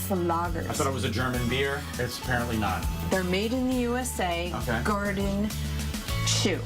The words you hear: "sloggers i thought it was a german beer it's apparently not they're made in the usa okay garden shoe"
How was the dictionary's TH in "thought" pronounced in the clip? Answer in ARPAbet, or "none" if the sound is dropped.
S